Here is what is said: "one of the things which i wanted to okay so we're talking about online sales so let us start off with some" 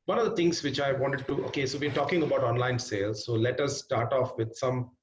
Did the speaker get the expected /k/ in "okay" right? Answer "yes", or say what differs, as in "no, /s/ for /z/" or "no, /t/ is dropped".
yes